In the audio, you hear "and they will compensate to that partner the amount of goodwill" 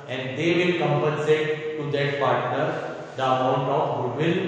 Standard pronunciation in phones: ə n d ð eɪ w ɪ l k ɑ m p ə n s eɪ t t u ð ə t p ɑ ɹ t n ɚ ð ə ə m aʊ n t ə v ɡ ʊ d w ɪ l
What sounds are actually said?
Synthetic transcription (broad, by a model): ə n d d eɪ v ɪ l k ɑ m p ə n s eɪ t t u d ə t p ɑ ɹ t n ɚ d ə ə m aʊ n t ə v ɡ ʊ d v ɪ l